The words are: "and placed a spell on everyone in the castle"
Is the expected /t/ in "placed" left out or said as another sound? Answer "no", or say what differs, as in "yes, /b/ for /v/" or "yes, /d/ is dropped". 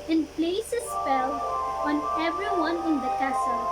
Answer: yes, /t/ is dropped